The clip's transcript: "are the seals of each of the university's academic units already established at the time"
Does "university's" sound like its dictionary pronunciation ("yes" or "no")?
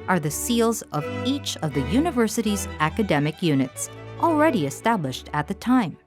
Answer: yes